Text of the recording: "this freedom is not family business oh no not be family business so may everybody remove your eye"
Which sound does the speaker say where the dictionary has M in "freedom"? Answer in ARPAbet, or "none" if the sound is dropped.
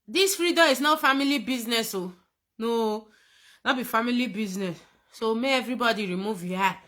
none